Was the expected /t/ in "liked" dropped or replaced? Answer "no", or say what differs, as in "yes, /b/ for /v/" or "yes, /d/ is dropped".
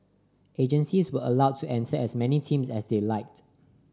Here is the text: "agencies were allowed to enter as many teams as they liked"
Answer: no